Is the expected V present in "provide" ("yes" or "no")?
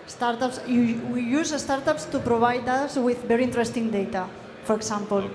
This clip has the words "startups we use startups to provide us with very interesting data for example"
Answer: no